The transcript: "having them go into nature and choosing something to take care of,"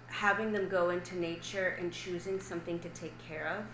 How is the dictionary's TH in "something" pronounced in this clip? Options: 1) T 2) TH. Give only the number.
2